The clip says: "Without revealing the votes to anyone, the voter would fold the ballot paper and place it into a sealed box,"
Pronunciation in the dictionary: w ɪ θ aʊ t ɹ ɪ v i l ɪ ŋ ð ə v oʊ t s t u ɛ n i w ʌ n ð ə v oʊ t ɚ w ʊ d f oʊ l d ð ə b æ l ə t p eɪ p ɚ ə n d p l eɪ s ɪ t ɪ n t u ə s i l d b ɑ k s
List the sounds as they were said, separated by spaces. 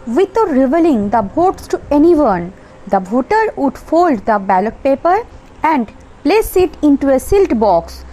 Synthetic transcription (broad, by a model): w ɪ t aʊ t ɹ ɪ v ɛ l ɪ ŋ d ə b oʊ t s t u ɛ n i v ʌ n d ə b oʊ t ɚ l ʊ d f oʊ l d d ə b æ l ə t p eɪ p ɚ ə n d p l eɪ s ɪ t ɪ n t u ə s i l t b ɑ k s